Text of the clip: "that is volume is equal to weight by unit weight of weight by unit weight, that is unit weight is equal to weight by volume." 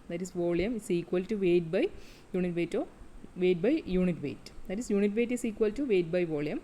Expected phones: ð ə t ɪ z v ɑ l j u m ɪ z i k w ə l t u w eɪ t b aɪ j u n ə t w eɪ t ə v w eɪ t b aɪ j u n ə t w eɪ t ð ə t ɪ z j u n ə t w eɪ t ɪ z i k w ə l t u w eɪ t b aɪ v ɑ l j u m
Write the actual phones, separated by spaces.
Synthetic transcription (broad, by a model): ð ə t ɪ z v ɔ l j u m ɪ s i k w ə l t u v eɪ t b aɪ j u n ə t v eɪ t ə v eɪ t b aɪ j u n ə t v eɪ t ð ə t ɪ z j u n ə t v eɪ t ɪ s i k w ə l t u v eɪ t b aɪ v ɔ l j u m